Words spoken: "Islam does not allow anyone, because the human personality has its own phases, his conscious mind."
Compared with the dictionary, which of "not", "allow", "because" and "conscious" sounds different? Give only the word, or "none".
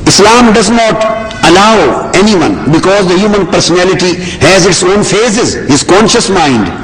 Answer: none